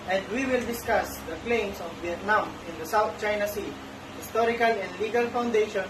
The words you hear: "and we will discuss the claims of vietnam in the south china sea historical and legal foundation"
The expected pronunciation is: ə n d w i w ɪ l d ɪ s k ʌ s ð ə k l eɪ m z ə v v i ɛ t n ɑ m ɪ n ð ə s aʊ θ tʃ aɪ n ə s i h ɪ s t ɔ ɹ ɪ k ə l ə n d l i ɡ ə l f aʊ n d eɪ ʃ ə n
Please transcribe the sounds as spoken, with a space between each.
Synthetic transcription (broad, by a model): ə n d w i w ɪ l d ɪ s k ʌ s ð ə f l eɪ m s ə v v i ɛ t n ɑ m ɪ n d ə s aʊ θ tʃ aɪ n ə s i h ɪ s t ɔ ɹ ɪ k ə l ə n d l i ɡ ə l f aʊ n d eɪ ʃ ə n